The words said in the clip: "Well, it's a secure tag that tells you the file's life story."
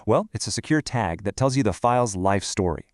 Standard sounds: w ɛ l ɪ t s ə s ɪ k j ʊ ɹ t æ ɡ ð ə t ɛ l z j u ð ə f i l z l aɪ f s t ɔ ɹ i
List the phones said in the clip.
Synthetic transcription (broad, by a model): w ɛ l ɪ t s ə s ɪ k j ʊ ɹ t æ ɡ ð ə t ɛ l z j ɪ ð ə f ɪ l z l aɪ f s t ɔ ɹ i